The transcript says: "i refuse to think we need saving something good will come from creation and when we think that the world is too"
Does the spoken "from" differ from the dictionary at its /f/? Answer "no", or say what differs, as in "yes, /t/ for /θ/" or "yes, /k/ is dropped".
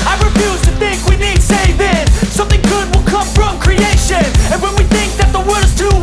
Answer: no